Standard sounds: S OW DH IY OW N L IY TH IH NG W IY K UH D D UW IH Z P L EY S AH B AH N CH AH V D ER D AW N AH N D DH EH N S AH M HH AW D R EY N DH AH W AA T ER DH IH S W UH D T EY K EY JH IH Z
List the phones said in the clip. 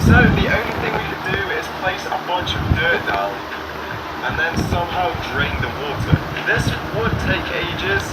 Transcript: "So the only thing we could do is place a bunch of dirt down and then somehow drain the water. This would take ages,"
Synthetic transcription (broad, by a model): S OW DH IY OW N L IY TH IH NG W IY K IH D D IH IH Z P L EY S AH B AH N CH AH V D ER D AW L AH N DH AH N S AH M HH AW D R EY N DH AH W AA T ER DH IH S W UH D T EY K EY JH IH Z